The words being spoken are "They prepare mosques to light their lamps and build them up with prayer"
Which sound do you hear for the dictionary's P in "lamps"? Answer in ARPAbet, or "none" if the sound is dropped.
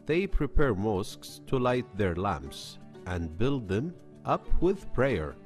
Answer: P